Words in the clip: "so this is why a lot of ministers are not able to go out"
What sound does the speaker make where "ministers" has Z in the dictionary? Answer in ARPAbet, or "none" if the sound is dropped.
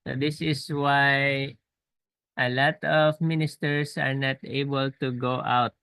S